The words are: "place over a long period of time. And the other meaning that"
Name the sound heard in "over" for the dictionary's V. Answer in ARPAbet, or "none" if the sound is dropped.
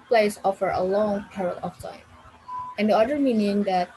F